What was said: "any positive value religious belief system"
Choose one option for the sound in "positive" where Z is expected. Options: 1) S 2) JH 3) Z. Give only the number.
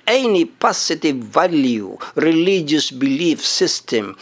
1